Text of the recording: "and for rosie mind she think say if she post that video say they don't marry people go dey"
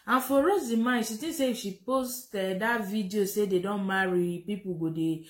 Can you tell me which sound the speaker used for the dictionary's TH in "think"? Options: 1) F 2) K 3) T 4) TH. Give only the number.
3